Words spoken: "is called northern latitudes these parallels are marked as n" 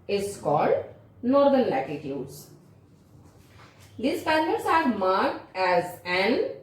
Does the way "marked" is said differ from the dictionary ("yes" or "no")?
no